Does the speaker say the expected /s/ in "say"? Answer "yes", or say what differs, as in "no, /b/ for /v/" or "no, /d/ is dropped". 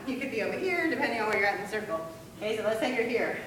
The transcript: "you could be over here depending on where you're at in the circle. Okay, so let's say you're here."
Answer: no, /θ/ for /s/